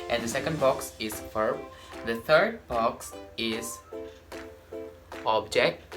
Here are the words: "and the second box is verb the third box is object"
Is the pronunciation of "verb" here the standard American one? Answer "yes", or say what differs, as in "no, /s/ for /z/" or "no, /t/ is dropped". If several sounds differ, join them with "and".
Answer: no, /f/ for /v/